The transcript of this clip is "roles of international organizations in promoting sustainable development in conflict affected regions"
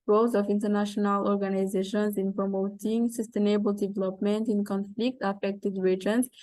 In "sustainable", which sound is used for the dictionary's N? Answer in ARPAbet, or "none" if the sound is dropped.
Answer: N